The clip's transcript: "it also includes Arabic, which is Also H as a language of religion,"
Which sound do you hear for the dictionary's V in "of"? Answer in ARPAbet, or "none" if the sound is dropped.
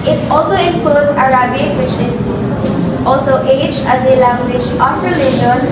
P